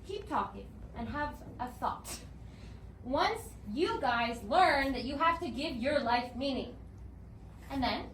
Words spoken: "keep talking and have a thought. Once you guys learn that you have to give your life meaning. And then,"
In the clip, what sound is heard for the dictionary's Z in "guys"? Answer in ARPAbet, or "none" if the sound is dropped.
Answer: Z